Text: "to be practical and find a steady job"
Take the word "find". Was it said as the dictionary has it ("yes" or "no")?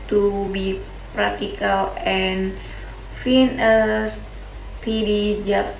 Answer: no